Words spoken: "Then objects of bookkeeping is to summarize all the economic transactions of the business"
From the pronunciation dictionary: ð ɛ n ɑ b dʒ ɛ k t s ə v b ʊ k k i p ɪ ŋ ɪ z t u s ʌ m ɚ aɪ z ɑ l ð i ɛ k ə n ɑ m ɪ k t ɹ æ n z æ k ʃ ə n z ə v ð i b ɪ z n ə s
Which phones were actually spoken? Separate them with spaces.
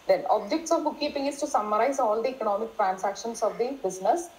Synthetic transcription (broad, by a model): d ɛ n ɑ b dʒ ɛ k t s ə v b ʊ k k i p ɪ ŋ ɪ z t u s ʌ m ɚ aɪ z ɑ l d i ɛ k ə n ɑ m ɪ k t ɹ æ n s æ k ʃ ə n s ə v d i b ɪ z n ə s